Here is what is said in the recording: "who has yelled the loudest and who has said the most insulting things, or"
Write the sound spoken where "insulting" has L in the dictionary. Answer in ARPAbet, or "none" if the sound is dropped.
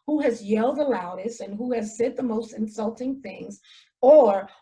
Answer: L